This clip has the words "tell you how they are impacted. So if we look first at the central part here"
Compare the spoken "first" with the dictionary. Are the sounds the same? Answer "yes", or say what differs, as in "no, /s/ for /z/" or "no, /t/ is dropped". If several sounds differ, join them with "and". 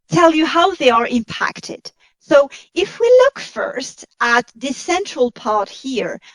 yes